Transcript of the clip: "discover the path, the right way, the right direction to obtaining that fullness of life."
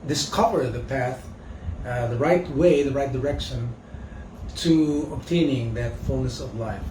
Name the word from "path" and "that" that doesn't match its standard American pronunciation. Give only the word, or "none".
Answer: none